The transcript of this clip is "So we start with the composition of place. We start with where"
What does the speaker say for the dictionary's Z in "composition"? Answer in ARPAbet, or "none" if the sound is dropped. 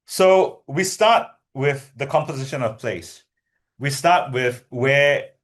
Z